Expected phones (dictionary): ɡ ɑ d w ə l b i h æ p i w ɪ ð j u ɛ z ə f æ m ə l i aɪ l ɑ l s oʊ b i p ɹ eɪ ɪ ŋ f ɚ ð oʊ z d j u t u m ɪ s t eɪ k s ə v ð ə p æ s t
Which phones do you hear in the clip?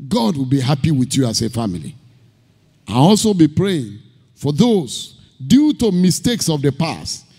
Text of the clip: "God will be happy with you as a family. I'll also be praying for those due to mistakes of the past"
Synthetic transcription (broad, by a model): ɡ ɑ d w ə l b i h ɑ p i w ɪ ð j u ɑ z ə f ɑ m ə l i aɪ n ɑ l s oʊ b i p ɹ eɪ ɪ ŋ f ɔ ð oʊ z d j u t u m ɪ s t eɪ k s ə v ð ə p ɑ s t